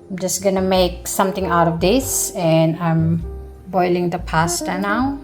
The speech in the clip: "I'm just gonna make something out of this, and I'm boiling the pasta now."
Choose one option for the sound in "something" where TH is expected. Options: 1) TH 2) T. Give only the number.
2